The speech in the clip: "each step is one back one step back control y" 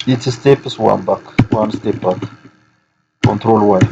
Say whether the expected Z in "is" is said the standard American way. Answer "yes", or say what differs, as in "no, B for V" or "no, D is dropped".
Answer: no, S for Z